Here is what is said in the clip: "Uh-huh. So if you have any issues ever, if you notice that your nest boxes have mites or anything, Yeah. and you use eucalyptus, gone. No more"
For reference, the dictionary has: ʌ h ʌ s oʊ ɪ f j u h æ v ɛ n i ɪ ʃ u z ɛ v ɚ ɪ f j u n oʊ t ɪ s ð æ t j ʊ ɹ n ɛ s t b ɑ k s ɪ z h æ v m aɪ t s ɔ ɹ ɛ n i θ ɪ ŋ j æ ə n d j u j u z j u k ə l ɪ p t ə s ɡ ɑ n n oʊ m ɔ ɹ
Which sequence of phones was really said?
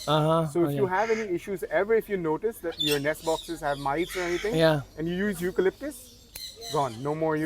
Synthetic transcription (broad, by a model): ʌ h ʌ s oʊ ɪ f j u h æ v ɛ n i ɪ ʃ u z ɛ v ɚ ɪ f j u n oʊ t ɪ s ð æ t j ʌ ɹ n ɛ s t b ɑ k s ɪ z h æ v m aɪ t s ɔ ɹ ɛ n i t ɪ ŋ j æ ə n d j u j u z j u k ə l ɪ p t ə s ɡ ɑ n n oʊ m ɔ ɹ